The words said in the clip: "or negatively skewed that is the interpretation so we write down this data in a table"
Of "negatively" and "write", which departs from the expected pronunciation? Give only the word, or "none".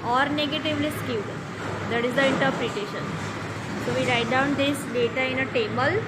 none